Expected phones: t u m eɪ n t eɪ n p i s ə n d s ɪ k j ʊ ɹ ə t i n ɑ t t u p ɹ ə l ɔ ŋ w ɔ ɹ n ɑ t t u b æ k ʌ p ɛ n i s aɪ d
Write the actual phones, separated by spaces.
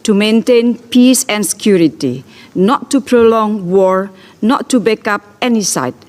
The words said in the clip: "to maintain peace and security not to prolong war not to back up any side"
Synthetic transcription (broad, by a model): t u m eɪ n t eɪ n p i s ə n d s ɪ k j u ɹ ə t i n ɑ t t u p ɹ ə l ɔ ŋ w ɔ ɹ n ɑ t t u b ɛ k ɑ p ɛ n i s aɪ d